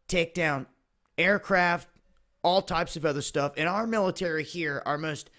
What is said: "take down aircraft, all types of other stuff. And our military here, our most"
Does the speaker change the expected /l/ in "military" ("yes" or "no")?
no